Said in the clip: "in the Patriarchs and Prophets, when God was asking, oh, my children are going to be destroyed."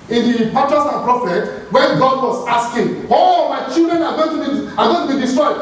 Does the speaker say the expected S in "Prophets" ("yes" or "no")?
no